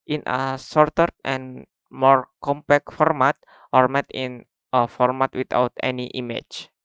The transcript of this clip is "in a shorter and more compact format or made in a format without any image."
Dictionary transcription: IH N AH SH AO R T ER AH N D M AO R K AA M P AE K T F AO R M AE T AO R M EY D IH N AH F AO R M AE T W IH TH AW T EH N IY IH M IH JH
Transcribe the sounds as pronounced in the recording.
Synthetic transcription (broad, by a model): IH N AH S AO R T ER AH N M AO R K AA M P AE K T F AO R M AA T AO R M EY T IH N AH F AO R M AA T W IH T AW T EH N IY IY M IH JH